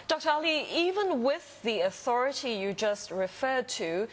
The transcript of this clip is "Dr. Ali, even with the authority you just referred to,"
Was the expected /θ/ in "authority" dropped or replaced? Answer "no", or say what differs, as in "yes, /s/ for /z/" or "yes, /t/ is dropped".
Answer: no